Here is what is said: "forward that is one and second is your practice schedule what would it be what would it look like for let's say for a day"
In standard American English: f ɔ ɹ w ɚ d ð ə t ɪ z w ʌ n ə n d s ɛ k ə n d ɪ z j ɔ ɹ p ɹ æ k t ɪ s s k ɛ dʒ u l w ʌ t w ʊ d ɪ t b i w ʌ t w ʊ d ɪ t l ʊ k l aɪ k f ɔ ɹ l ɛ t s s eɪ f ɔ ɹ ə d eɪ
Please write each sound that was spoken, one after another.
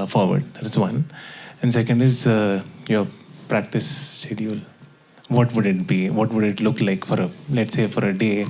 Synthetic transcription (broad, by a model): f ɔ ɹ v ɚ d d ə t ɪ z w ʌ n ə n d s ɛ k ə n d ɪ z j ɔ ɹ p ɹ æ k t ɪ s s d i u l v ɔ t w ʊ d ɪ t b i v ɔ t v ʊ d ɪ t l ʊ k l aɪ k f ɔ ɹ l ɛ t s s eɪ f ɔ ɹ ə d eɪ